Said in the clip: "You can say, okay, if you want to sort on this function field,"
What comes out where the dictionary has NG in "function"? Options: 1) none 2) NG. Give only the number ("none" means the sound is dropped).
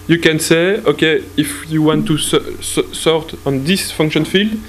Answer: 2